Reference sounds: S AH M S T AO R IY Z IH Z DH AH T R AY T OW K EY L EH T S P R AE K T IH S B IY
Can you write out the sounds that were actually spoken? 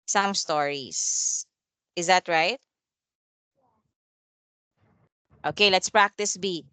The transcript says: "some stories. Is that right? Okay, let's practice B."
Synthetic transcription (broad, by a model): S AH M S T AO R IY S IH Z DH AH T R AY T OW K EY L EH T S P R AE K T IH S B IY